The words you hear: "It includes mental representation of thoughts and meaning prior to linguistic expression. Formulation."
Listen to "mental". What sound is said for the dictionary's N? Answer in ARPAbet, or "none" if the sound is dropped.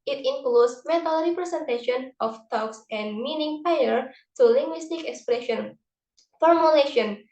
none